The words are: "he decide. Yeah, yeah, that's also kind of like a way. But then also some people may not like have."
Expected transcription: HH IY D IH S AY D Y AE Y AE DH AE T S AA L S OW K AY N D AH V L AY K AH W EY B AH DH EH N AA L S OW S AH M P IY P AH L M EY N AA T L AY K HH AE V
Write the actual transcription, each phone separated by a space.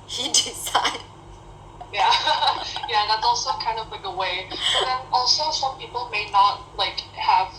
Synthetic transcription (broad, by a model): HH IY D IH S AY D Y AE Y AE DH AE T S AA L S OW K AY N D AH V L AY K AH W EY B AH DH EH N AA L S OW S AH M P IY P AH L M EY N AA T L AY K HH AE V